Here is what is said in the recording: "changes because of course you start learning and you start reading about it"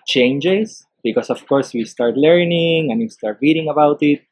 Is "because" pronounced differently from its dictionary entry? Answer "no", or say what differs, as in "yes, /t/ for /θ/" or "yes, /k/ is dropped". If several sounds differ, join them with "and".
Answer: yes, /s/ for /z/